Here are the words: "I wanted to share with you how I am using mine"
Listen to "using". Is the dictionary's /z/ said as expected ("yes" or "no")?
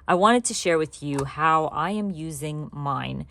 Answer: yes